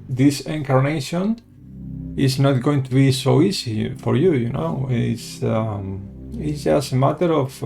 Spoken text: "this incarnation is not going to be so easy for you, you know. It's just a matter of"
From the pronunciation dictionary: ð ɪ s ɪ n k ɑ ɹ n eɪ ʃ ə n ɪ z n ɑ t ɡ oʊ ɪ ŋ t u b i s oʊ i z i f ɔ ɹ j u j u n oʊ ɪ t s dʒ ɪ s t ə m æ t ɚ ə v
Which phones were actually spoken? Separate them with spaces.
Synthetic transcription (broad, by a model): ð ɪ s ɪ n k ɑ ɹ n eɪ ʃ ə n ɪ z n ɑ t ɡ oʊ ɪ ŋ t u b i s oʊ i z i f ɔ ɹ j u j u n oʊ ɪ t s z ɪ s ə m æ t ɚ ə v